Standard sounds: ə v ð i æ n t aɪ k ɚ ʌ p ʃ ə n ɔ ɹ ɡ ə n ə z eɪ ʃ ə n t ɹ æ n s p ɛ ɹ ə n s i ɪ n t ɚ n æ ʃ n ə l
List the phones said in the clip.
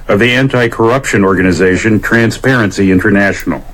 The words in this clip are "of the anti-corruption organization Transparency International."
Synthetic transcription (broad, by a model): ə v ð i æ n t aɪ k ɚ ʌ p ʃ ə n ɔ ɹ ɡ ə n ə z eɪ ʃ ə n t ɹ æ n s p ɛ ɹ ə n s i ɪ n t ɚ n æ ʃ n l